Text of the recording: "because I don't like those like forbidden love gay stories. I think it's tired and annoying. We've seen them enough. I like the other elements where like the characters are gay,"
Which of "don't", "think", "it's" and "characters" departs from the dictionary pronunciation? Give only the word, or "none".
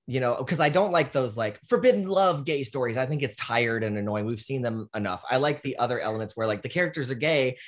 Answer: none